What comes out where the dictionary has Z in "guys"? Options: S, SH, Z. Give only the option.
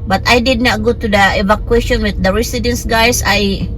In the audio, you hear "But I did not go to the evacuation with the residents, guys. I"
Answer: S